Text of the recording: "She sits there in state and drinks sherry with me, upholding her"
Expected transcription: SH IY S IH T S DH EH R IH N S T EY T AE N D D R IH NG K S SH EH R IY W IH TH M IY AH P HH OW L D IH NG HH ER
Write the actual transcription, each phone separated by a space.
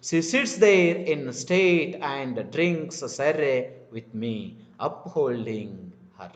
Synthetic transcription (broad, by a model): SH IY S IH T S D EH R IH N S T EY T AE N D D R IH NG K S S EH R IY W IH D M IY AH P HH OW L D IH NG HH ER